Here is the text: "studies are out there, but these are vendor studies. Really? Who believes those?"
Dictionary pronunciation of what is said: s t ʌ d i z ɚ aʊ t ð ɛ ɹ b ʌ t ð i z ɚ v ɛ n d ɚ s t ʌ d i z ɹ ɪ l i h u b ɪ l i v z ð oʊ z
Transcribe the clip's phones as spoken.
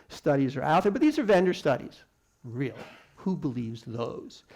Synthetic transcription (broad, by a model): s t ʌ d i z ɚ aʊ t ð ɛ ɹ b ʌ t ð i z ɚ v ɛ n d ɚ s t ʌ d i z ɹ ɪ l i h u b ɪ l i v z ð oʊ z